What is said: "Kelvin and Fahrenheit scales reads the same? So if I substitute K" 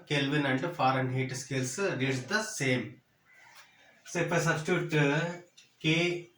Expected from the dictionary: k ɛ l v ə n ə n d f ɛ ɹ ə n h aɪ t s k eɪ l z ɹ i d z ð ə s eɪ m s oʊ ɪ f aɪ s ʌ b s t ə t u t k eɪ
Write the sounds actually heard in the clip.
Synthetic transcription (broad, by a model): k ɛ l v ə n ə n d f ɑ ɹ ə n h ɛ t s k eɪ l s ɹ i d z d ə s eɪ m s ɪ p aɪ s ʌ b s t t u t k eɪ